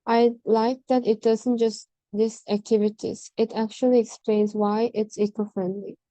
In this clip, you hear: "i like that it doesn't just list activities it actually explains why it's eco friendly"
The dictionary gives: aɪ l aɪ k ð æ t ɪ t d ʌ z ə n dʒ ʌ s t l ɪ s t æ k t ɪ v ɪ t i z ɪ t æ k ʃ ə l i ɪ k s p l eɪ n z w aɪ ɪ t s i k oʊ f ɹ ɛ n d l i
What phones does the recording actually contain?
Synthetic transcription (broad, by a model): aɪ l aɪ k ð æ t ɪ t d ʌ z ə n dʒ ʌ s t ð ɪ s æ k t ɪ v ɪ t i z ɪ t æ k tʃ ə l i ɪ k s p l eɪ n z w aɪ ɪ t s i k oʊ f ɹ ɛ n d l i